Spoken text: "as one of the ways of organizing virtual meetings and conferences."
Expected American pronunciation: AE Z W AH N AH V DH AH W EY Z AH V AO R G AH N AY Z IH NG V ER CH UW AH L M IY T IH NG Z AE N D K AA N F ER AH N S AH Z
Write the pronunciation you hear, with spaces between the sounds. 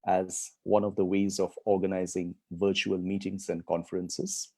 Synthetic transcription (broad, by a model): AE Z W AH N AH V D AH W EY Z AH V AO R G AH N AY Z IH NG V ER CH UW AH L M IY T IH NG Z AE N D K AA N F ER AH N S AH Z